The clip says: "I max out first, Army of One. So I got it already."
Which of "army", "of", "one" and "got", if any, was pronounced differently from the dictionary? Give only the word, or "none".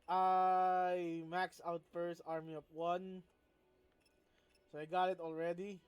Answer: of